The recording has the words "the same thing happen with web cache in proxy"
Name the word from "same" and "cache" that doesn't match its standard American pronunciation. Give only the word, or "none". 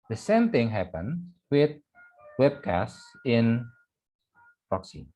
cache